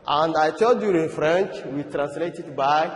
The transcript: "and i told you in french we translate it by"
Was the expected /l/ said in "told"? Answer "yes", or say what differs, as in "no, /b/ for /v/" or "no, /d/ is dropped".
no, /l/ is dropped